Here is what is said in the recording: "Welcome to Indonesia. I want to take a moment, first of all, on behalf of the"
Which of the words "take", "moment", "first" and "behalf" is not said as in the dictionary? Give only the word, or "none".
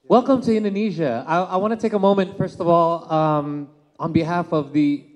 none